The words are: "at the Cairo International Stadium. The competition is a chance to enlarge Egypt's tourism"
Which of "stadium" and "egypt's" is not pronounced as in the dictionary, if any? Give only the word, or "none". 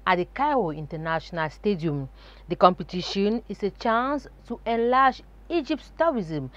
egypt's